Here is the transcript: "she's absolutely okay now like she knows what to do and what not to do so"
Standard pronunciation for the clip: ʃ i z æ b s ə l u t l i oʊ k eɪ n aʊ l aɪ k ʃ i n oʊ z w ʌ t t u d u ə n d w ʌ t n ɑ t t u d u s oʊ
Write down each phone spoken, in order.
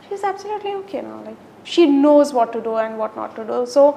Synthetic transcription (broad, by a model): ʃ i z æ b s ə l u t l i oʊ k eɪ n aʊ l aɪ k ʃ i n oʊ z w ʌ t t u d u ə n d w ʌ t n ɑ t t u d u s oʊ